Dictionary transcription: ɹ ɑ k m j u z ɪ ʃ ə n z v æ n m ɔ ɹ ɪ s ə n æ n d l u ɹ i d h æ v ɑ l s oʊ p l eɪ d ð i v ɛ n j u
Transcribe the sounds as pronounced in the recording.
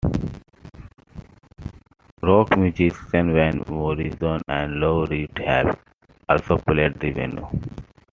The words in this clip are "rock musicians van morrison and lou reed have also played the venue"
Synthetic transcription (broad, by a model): ɹ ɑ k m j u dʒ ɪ s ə n v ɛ n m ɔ ɹ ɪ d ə n æ n d l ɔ ɹ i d h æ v ɑ l s oʊ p l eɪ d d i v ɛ n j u